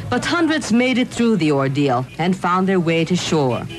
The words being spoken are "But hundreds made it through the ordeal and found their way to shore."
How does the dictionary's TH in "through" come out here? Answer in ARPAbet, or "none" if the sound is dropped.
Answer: TH